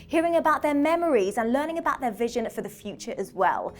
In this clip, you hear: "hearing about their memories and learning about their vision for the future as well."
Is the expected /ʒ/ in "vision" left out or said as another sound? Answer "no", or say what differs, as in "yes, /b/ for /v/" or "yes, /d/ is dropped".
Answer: no